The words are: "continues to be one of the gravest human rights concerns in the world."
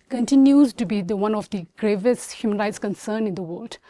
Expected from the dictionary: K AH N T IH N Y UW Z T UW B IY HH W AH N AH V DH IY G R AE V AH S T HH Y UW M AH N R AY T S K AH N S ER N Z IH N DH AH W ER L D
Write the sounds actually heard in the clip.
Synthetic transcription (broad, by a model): K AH N T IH N Y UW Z T UW B IY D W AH N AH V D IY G R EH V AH S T HH Y UW M AH N R AY T S K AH N S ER N IH N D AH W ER L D